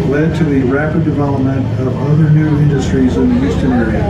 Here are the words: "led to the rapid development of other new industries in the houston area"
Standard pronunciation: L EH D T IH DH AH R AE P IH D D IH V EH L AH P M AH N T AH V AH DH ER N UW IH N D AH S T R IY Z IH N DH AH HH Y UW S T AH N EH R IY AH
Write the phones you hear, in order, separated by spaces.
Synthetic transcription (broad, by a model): L EH D T IH DH AH R AE P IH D D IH V EH L AH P M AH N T AH V AH DH ER N UW IH N D AH S T R IY Z IH N DH AH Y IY S T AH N EH R IY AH